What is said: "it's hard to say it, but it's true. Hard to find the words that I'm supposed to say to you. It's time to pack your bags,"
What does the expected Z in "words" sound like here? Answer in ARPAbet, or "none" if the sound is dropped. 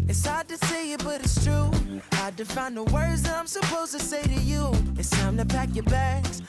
Z